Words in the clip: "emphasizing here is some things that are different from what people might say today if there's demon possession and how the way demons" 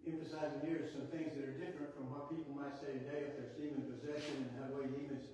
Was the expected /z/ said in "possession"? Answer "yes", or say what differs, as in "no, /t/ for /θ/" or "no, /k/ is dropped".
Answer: yes